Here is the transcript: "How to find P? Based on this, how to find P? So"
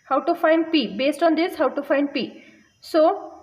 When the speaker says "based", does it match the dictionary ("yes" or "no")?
yes